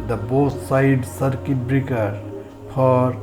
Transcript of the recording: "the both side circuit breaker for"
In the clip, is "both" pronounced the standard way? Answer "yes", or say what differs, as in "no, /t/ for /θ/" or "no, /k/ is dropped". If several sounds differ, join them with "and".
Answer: no, /s/ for /θ/